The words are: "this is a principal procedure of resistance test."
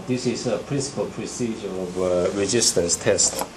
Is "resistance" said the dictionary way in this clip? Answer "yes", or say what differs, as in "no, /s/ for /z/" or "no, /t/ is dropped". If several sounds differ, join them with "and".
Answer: no, /n/ is dropped